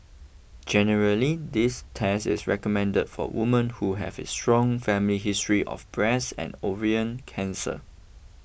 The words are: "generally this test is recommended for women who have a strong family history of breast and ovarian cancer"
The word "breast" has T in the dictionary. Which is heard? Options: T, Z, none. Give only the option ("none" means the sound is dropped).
none